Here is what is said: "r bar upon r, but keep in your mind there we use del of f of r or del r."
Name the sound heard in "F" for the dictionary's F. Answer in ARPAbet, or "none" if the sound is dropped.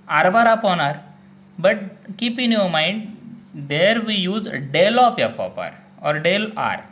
P